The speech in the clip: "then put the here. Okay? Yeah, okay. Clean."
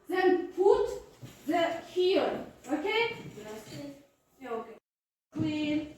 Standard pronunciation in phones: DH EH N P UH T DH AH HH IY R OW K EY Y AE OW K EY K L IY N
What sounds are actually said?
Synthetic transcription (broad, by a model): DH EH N P UH T DH AH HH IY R OW K EY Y OW K EY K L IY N